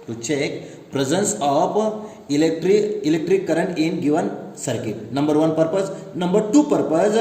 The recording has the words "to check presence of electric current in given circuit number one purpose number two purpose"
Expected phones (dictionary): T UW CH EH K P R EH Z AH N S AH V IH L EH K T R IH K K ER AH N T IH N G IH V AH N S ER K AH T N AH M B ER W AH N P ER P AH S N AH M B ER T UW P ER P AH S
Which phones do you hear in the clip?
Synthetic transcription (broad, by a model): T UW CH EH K P R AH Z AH N S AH P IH L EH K T R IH K K ER AH N T IH N G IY V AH N S ER K AH T N AH M B ER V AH N P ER P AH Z N AH M B ER T UW P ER P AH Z